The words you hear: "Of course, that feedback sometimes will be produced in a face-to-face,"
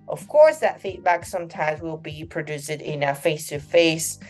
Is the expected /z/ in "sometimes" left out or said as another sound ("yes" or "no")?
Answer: no